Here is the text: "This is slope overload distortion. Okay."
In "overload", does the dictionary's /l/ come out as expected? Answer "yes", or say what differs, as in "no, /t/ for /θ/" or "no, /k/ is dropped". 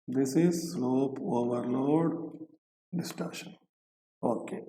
yes